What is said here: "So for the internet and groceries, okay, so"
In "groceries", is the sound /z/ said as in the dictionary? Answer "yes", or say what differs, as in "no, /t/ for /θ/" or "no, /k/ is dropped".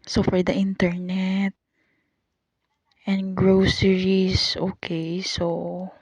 no, /s/ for /z/